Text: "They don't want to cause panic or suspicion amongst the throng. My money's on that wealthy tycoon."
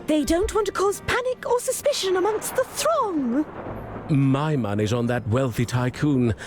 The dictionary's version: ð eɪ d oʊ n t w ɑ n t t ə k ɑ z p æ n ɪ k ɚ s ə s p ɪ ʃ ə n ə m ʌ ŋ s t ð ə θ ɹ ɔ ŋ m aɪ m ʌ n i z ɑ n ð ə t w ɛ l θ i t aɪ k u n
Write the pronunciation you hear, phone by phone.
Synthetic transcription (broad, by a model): ð eɪ d oʊ n t w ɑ n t t ə k ɑ z p æ n ɪ k ɚ s ə s p ɪ ʃ ə n ə m ʌ ŋ s t ð ə θ ɹ ɔ ŋ m aɪ m ʌ n i z n ð ə t w ɛ l θ i t aɪ k u n